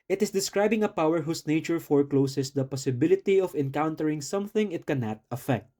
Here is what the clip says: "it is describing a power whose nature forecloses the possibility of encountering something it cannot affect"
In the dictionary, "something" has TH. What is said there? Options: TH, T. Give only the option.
TH